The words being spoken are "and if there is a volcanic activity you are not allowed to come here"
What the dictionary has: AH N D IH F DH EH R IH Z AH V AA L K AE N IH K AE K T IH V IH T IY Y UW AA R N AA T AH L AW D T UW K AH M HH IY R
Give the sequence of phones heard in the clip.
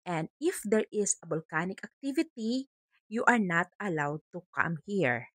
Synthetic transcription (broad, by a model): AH N D IH F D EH R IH S AH B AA L K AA N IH K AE K T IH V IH T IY Y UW AA R N AA T AH L AW D T UW K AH M HH IY R